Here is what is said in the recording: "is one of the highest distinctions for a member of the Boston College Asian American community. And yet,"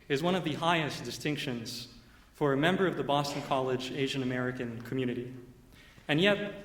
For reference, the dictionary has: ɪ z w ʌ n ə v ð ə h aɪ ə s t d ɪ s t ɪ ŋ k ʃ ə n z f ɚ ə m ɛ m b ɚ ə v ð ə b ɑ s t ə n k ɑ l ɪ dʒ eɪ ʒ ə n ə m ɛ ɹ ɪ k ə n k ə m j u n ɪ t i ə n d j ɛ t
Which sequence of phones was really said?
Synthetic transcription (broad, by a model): ɪ z w ʌ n ə v ð ə h aɪ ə s d ɪ s t ɪ ŋ k ʃ ə n z f ɚ ə m ɛ m b ɚ ə v ð ə b ɑ s t n k ɑ l ɪ dʒ eɪ ʒ ə n ə m ɛ ɹ ɪ k ə n k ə m j u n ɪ t i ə n j ɛ t